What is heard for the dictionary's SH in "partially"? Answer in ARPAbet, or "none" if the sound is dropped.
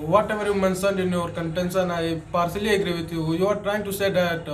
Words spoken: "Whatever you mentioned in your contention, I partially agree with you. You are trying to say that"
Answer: S